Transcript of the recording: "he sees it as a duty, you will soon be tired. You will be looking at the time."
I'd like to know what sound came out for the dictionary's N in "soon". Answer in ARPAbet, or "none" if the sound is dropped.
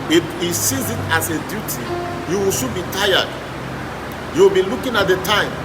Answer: L